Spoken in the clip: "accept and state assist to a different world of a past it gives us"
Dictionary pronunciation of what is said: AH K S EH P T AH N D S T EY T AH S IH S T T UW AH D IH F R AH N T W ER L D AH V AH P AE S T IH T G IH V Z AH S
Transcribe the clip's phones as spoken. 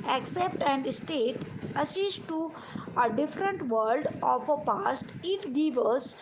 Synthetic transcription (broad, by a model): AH K S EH P T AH N D S T EY T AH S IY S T T UW AH D IH F R AH N T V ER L D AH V AH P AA S T IH T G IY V AH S